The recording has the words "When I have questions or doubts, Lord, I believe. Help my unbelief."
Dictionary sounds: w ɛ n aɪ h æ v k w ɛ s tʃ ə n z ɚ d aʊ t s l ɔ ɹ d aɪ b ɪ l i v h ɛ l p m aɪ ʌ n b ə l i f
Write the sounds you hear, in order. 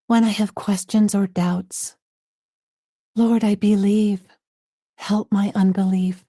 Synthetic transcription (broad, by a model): w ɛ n aɪ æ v k w ɛ s tʃ ə n z ɚ d aʊ t s l ɔ ɹ d aɪ b ɪ l i v h ɛ l p m aɪ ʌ n b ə l i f